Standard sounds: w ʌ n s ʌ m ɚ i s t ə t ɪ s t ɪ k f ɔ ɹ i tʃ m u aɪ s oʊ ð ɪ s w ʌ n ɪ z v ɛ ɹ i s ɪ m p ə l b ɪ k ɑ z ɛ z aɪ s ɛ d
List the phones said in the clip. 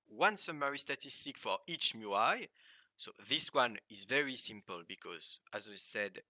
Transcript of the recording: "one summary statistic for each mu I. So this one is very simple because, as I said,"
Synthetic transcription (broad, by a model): w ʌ n s ʌ m ɚ i s t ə t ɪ s t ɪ k f ɔ ɹ i tʃ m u aɪ s oʊ ð ɪ s w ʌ n ɪ z v ɛ ɹ i s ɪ m p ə l b ɪ k ɑ z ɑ z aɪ s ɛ d